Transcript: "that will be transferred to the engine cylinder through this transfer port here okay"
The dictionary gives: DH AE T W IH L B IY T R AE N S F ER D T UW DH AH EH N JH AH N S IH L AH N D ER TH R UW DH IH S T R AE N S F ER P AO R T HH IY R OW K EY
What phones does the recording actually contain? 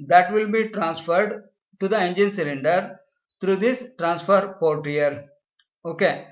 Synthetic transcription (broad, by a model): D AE T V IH L B IY T R AE N S F ER D T UW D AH EH N JH AH N S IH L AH N D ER T R UW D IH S T R AE N S F ER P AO R T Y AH R OW K EY